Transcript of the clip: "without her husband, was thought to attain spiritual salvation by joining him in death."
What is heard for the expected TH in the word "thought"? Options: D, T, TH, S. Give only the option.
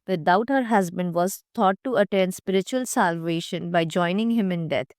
T